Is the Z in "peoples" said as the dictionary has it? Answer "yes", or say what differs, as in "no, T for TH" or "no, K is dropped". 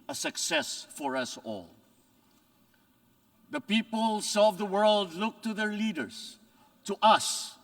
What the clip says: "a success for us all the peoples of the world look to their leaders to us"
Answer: no, S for Z